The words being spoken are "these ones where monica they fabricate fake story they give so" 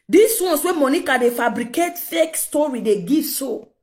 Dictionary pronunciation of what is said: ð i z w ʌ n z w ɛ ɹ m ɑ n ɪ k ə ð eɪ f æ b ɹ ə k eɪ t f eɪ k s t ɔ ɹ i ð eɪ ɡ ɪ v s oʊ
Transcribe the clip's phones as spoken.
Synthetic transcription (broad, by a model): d i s w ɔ n s w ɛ m ɑ n ɪ k ə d eɪ f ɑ b ɹ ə k eɪ t f eɪ k s t ɔ ɹ i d eɪ ɡ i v s oʊ